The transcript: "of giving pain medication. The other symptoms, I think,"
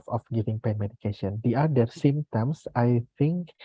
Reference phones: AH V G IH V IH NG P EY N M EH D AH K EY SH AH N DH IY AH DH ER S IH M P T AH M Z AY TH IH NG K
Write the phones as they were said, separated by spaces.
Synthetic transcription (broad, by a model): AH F G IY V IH NG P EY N M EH D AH K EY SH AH N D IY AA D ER S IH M T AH M S AY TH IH NG K